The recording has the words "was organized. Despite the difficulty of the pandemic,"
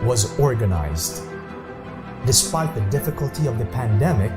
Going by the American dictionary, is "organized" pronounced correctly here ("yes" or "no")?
yes